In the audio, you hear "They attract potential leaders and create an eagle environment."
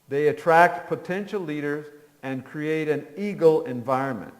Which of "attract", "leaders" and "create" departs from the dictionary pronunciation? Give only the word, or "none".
none